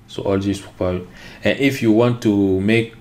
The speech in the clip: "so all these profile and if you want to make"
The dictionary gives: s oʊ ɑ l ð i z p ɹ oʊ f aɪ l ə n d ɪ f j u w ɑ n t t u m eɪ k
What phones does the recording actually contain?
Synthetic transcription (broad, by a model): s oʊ ɑ l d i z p oʊ p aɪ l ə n ɪ f j u w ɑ n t t u m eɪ k